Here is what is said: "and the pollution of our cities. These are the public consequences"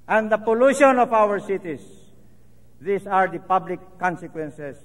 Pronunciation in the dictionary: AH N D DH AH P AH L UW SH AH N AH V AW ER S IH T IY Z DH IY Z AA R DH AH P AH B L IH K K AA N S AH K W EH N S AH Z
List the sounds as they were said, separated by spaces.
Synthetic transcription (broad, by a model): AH N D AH P AH L UW SH AH N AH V AW ER S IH T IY S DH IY S AA R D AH P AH B L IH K K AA N S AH K W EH N S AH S